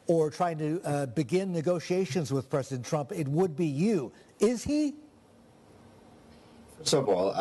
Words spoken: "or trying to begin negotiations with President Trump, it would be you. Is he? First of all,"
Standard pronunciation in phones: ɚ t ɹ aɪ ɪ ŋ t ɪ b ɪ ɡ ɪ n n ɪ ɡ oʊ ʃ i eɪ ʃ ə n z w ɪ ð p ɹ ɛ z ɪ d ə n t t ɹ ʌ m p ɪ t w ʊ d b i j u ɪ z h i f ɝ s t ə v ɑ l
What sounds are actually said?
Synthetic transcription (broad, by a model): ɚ t ɹ aɪ ɪ ŋ t ɪ b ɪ ɡ ɪ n n ɪ ɡ oʊ ʃ i eɪ ʃ ə n z w ɪ ð p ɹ ɛ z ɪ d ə n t t ɹ ʌ m p ɪ t w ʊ d b i j u ɪ z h i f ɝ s ə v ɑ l